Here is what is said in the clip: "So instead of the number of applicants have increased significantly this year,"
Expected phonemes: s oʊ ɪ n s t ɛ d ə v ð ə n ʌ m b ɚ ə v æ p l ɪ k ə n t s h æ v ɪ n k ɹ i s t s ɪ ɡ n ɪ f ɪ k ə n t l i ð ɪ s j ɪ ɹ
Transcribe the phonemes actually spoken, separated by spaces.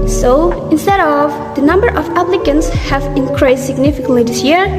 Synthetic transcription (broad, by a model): s oʊ ɪ n s t ɛ d ə v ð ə n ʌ m b ɚ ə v æ p l ɪ k ə n t s h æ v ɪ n k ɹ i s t s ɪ ɡ n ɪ f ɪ k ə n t l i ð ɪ s j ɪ ɹ